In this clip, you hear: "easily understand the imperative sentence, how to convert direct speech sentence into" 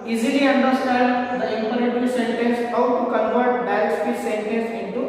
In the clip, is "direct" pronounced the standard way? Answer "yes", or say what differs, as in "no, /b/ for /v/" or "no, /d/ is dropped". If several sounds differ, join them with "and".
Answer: no, /k/ is dropped